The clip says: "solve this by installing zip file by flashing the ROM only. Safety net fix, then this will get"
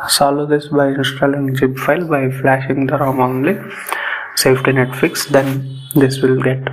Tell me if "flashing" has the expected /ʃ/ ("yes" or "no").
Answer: yes